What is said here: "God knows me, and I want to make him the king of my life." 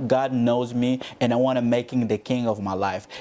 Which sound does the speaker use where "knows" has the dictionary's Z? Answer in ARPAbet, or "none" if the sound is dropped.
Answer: Z